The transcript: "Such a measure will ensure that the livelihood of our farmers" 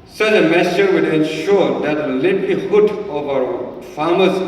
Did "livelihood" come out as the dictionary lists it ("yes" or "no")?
no